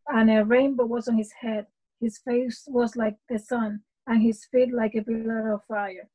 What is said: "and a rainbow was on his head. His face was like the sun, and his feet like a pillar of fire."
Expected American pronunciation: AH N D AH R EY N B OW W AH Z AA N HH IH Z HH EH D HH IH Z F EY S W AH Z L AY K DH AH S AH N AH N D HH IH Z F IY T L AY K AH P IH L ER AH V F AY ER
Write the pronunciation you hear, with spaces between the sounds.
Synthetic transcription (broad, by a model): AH N AH R EY N B OW W AH Z N HH IH Z HH EH D HH IH Z F EY S W AH Z L AY K DH AH S AH N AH N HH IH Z F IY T L AY K AH B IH L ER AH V F AY ER